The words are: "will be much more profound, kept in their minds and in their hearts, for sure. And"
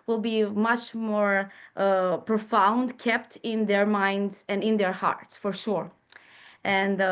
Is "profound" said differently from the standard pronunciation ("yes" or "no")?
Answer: no